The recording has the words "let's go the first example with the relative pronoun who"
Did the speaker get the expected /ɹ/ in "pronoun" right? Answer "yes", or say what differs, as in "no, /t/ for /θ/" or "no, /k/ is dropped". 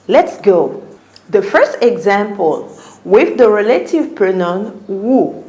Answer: no, /ɹ/ is dropped